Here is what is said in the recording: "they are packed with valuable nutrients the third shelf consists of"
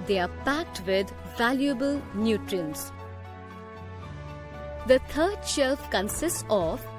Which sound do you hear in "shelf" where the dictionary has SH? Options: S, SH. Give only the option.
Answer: SH